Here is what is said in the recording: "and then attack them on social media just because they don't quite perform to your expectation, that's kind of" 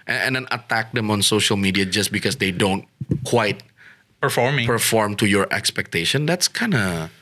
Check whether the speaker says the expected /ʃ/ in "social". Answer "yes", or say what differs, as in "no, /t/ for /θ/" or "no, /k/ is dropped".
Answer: yes